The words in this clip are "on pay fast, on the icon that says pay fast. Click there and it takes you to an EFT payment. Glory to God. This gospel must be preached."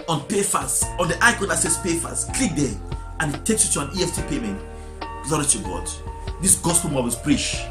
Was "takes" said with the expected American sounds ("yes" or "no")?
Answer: yes